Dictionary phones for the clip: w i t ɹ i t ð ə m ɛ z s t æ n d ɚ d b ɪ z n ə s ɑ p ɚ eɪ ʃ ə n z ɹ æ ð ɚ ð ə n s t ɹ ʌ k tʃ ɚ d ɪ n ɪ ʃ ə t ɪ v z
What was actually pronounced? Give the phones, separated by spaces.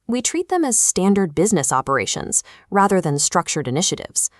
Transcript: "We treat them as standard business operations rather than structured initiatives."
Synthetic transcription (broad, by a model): w i t ɹ i t ð ə m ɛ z s t æ n d ɚ d b ɪ z n ə s ɑ p ɚ eɪ ʃ ə n z ɹ æ ð ɚ ð ə n s t ɹ ʌ k tʃ ɚ d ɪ n ɪ ʃ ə t ɪ v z